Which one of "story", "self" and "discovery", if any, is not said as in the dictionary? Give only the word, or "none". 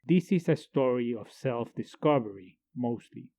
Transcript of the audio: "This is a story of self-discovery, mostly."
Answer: none